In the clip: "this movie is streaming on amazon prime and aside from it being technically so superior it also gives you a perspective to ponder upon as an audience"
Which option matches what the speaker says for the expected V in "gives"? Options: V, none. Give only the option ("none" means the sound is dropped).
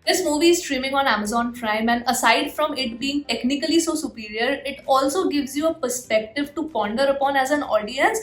V